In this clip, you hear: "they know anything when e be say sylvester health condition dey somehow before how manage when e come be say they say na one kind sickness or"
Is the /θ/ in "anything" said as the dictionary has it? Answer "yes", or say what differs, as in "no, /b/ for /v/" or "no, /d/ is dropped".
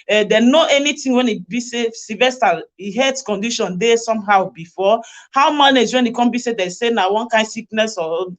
no, /t/ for /θ/